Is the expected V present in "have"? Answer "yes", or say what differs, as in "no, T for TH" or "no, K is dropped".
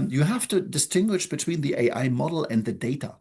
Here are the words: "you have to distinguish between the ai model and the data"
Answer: no, F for V